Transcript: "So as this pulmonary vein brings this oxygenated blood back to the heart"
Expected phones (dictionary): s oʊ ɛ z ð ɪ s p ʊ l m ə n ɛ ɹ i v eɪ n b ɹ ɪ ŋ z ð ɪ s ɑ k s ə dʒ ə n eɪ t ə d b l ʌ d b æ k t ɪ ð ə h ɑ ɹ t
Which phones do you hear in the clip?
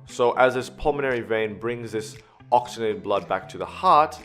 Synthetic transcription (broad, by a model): s oʊ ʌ z ð ɪ s p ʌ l m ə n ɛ ɹ i v eɪ n b ɹ ɪ ŋ z ð ɪ s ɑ k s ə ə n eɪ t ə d b l ʌ d b æ k t ɪ ð ə h ɑ ɹ t